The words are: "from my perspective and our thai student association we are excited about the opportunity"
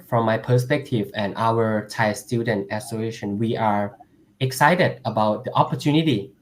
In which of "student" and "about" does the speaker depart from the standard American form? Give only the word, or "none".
none